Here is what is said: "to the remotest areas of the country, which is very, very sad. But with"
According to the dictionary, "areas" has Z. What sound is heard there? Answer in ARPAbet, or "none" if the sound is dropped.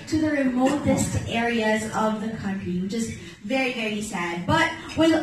Z